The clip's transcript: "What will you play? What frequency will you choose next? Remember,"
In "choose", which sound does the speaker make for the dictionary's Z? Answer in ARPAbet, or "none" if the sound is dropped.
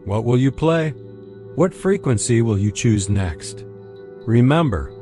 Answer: Z